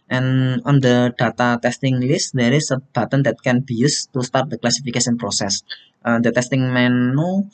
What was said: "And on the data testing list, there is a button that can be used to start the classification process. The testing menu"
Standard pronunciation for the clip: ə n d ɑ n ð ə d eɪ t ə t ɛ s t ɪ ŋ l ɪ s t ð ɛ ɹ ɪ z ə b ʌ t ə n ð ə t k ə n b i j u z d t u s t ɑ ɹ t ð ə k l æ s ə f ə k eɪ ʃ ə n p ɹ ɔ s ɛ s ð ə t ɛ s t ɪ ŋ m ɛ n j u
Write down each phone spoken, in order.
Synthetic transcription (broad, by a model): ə n ɑ n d ə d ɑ t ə t ɛ s t ɪ ŋ l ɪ s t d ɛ ɹ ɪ s ə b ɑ t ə n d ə t k ə n b i j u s t u s t ɑ ɹ t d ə k l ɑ s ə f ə k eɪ s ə n p ɹ ɔ s ɛ s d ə t ɛ s t ɪ ŋ m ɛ n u